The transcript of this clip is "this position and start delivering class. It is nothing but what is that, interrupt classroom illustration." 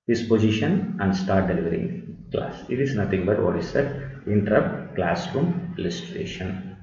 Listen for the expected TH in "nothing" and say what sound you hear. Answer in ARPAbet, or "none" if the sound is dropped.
T